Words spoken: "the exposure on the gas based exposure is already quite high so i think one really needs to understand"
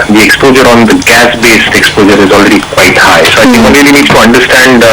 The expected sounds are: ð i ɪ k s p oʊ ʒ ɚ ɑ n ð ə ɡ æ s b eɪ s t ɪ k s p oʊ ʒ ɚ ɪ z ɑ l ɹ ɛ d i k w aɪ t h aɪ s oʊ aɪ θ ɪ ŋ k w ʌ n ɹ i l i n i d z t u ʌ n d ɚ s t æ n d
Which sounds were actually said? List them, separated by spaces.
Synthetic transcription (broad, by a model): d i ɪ k s p oʊ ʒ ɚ ɑ n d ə ɡ æ s b eɪ s t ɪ k s p oʊ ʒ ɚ ɪ z ɑ l ɹ ɛ d i k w aɪ t h aɪ s oʊ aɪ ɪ k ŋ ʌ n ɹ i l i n i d t u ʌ n d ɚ s t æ n d